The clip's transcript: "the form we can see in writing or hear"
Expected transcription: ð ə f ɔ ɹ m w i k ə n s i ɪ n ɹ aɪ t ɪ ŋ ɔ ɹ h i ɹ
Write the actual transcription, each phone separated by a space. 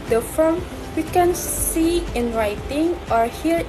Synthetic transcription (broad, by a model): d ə f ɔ l m w i k ə n s i ɪ n ɹ aɪ t ɪ ŋ ɔ ɹ h i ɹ